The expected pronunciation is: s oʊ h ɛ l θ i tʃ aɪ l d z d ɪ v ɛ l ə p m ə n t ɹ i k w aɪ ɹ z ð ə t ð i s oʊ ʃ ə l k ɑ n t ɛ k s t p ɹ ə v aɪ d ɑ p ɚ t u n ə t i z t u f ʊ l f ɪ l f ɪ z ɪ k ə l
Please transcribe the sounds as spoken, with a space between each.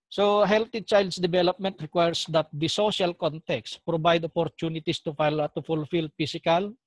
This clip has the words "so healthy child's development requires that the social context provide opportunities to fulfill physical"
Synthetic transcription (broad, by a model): s oʊ h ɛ l t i tʃ aɪ l d s d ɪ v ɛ l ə p m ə n t ɹ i k w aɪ ɹ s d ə t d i s oʊ ʃ ə l k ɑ n t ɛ k s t p ɹ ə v aɪ d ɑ p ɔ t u n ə t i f t u f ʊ l f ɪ l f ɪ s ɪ k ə l